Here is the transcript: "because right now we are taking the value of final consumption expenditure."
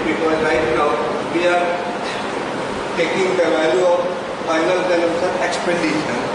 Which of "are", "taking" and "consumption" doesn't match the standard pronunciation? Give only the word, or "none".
consumption